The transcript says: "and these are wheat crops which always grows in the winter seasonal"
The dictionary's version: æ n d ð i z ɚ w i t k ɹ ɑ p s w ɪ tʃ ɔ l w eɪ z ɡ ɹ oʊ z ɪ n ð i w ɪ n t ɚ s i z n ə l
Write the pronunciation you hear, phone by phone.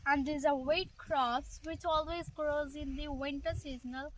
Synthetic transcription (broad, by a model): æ n d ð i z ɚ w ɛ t k ɹ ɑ s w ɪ tʃ ɔ l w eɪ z ɡ ɹ oʊ z ɪ n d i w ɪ n t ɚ s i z n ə l